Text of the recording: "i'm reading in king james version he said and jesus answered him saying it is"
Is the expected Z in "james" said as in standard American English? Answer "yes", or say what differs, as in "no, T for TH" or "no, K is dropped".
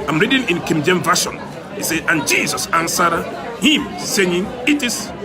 no, Z is dropped